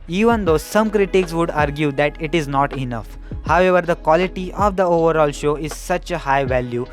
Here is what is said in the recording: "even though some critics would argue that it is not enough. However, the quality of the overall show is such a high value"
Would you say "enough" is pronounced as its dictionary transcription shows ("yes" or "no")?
yes